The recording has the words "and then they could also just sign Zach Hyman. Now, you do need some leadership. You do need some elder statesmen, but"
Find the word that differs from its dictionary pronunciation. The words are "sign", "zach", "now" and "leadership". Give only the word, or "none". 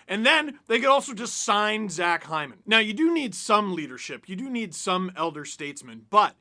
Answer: none